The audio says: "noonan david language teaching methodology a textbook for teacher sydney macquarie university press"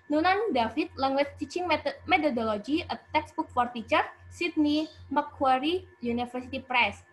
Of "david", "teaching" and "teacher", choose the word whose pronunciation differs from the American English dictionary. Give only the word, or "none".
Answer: david